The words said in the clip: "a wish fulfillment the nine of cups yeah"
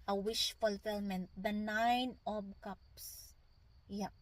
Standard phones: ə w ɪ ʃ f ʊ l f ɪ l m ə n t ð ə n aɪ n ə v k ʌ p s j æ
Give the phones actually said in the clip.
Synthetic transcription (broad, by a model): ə w ɪ ʃ f ʊ l f ɪ l m ə n t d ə n aɪ n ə b k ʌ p s j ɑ